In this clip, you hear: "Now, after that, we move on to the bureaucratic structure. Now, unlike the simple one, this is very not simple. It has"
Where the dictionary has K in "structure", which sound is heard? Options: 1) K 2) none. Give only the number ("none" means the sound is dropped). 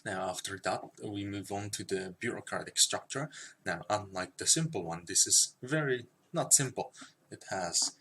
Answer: 1